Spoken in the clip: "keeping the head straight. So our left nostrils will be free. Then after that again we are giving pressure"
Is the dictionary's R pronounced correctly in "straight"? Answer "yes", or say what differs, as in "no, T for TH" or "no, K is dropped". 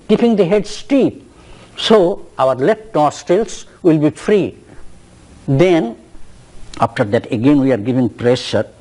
no, R is dropped